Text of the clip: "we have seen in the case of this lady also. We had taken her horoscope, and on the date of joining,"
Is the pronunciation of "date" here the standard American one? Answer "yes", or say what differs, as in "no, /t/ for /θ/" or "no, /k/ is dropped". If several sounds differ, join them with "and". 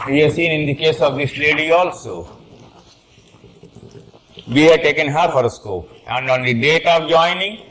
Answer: yes